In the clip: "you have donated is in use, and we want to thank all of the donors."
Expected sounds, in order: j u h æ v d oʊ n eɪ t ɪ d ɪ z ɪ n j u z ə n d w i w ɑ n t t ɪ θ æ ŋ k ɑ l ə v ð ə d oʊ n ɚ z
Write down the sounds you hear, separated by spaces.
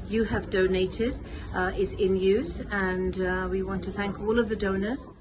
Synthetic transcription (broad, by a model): j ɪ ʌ v d oʊ n eɪ t ɪ d ɪ z ɪ n j u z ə n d w i w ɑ n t t ɪ θ æ ŋ k ɑ l ə v ð ə d oʊ n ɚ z